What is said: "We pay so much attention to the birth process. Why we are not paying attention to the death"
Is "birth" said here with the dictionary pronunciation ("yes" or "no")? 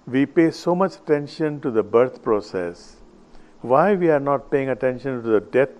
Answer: no